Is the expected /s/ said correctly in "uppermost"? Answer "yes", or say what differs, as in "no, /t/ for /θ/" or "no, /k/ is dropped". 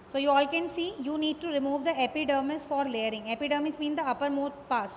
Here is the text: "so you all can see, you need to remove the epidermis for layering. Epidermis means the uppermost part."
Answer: no, /s/ is dropped